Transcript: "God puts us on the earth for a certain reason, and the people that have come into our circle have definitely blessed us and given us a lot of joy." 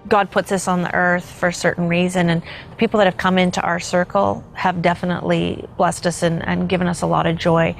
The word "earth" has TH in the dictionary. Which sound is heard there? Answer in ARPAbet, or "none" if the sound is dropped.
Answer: TH